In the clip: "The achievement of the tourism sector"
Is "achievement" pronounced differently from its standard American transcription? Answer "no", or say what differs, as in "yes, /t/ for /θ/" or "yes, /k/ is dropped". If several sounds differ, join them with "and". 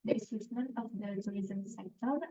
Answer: yes, /s/ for /tʃ/